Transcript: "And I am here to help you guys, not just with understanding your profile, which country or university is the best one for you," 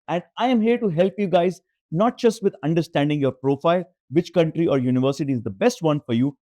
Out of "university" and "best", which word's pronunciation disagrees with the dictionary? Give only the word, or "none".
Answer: none